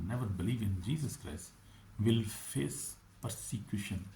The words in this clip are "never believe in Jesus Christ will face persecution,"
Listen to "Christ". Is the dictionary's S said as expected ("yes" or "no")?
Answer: yes